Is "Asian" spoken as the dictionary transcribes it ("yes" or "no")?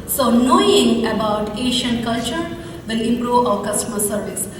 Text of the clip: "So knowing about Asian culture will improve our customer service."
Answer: no